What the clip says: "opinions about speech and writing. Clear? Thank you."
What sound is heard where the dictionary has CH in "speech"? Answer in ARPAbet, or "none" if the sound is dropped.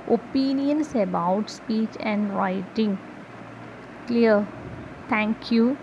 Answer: CH